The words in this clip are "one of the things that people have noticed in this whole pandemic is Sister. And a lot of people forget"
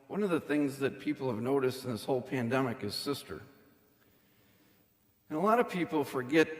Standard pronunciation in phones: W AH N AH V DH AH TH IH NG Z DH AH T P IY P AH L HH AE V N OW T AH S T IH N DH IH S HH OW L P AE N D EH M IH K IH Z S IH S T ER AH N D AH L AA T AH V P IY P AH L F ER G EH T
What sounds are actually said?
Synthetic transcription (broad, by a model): W AH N AH V DH AH TH IH NG Z DH AH T P IY P L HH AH V N OW T AH S T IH N DH IH S HH OW L P AE N D EH M IH K IH Z S IH S T ER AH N AH L AA T AH V P IY P L F ER G EH T